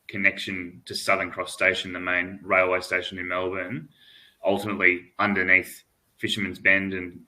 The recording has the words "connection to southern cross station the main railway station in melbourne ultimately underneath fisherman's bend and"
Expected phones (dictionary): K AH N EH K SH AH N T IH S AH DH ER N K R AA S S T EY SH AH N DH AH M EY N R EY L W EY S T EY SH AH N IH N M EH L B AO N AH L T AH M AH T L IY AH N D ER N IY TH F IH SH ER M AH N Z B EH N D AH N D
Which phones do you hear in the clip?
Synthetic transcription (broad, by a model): K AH N EH K SH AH N T IH S AH DH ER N K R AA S S T EY SH N DH AH M EY N R EY L W EY S T EY SH AH N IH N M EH L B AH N AH L T AH M AH T L IY AH N D ER N IY TH F IH SH ER M AH N Z B EH N D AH N